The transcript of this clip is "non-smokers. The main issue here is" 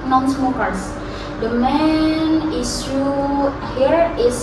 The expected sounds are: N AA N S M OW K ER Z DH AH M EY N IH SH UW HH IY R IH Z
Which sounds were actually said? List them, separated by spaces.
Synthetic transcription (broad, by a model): N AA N S M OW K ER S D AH M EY N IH S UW HH IY R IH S